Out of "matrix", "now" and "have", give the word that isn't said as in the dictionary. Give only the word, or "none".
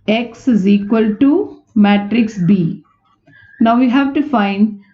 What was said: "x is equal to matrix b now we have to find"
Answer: none